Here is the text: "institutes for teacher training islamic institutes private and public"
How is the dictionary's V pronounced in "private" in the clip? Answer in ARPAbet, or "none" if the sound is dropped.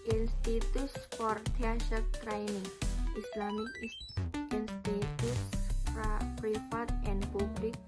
F